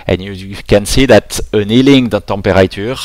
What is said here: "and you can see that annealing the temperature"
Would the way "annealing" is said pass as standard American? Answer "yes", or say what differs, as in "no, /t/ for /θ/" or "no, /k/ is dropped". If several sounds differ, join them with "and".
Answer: yes